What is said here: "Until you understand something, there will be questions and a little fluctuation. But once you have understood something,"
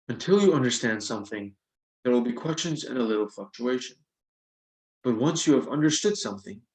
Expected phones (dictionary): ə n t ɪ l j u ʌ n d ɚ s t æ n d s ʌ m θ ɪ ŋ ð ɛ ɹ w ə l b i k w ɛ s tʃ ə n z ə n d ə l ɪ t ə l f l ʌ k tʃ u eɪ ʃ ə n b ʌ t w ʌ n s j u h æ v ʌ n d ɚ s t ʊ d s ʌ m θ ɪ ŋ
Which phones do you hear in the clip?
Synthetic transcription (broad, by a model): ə n t ɪ l j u ʌ n d ɚ s t æ n d s ʌ m θ ɪ ŋ ð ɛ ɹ w ə l b i k w ɛ s tʃ ə n z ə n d ə l ɪ t l f l ʌ k tʃ u eɪ ʃ ə n b ʌ t w ʌ n s j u v ʌ n d ɚ s t ʊ d s ʌ m θ ɪ ŋ